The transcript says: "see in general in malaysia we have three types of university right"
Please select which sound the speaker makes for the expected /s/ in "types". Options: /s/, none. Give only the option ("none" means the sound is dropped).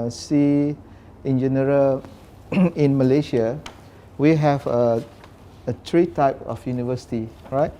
none